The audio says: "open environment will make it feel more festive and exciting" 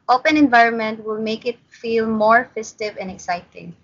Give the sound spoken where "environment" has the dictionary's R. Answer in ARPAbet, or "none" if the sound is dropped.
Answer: R